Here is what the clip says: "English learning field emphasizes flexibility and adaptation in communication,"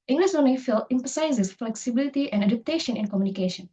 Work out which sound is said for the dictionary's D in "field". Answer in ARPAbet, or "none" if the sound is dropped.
none